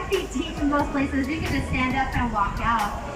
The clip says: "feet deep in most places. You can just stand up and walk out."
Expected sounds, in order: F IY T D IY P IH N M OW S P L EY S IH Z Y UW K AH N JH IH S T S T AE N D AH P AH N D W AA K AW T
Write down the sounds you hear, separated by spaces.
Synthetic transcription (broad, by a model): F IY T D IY F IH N M OW S P L EY S IH Z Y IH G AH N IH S S T AE N D AH P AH N W AA K AW T